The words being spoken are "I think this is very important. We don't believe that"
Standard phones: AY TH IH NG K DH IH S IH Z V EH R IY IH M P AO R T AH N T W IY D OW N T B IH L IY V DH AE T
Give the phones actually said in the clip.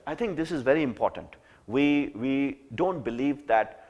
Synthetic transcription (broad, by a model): AY T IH NG K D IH S IH Z V EH R IY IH M P AO R T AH N T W IY D OW N T B IH L IY V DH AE T